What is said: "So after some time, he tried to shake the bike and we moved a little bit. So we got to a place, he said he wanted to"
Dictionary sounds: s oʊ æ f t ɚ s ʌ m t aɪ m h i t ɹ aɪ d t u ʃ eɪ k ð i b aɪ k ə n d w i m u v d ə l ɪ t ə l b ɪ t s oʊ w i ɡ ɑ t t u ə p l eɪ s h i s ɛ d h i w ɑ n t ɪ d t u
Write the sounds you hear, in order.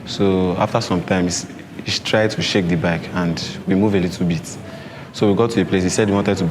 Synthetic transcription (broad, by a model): s oʊ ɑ f t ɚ s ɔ m t aɪ m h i t ɹ aɪ d t u ʃ eɪ k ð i b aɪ k ə n d w i m u v ə l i t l b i t s oʊ w i ɡ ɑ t t u ə p l eɪ s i s ɛ d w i w ɑ n t ɪ d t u